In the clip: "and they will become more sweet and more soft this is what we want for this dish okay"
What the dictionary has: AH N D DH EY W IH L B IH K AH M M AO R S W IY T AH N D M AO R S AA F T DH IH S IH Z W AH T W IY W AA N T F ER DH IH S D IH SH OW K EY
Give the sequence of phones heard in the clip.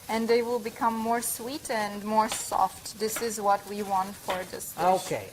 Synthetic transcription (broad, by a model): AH N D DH EY W IH L B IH K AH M M AO R S W IY T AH N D M AO R S AA F T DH IH S IH Z W AH T W IY W AA N T F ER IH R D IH S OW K EY